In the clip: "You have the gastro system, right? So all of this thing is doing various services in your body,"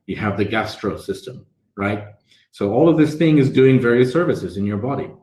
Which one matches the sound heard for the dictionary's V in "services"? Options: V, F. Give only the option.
V